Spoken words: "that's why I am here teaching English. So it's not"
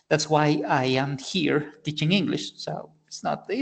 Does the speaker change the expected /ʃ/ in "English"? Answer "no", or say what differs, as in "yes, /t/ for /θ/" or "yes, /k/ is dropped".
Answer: no